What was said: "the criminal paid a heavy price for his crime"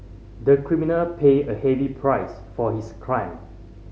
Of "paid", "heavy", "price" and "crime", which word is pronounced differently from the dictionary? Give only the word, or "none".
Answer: paid